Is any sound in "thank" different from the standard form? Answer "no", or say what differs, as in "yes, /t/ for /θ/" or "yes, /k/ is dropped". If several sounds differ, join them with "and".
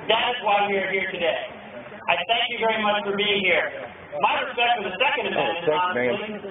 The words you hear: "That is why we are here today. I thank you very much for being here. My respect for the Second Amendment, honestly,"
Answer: no